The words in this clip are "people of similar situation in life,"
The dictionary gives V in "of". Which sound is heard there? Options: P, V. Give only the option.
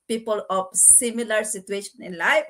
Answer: P